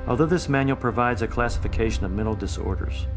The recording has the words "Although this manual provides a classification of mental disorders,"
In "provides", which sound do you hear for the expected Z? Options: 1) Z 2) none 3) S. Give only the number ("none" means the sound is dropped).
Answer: 1